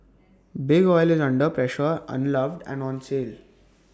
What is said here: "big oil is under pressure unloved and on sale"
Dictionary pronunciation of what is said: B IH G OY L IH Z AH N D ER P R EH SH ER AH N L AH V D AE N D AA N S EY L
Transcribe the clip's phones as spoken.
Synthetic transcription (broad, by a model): B IH G OY L IH Z AH N D ER P R EH SH ER AH N L AH V D AE N D AA N S EY L